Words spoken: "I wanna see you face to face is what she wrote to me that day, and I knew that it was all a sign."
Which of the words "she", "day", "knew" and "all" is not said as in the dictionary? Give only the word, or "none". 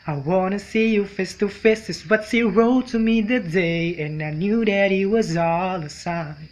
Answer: she